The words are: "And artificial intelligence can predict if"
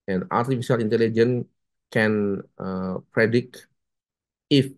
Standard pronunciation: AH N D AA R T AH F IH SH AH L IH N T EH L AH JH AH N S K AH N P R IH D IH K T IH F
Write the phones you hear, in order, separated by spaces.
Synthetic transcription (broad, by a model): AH N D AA R T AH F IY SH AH L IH N T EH L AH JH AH N K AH N P R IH D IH K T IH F